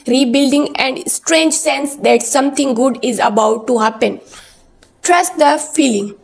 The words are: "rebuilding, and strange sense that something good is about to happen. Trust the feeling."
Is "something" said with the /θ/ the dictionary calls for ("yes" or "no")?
no